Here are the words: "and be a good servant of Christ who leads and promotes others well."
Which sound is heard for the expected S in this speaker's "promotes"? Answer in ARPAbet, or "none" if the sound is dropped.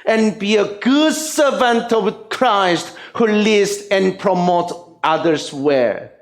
none